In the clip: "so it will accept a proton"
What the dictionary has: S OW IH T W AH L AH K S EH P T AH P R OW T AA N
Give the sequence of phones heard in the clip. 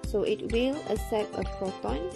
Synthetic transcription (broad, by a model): S OW IH T W AH L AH S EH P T AH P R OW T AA N